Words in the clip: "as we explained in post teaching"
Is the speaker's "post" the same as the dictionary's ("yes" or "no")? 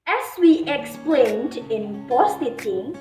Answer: no